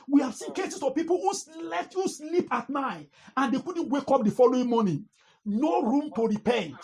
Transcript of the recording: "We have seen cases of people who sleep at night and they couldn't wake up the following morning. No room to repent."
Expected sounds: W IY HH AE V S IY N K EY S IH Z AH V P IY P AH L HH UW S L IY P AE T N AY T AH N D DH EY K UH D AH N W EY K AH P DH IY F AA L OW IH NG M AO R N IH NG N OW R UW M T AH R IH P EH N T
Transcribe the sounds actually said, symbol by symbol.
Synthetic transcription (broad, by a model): W IY HH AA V S IY N K EY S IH S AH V P IY P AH L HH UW S L IY P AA T N AY T AH N D EY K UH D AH N W EY K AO P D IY F AA L OW IH NG M AO N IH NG N OW R UW M T AH R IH P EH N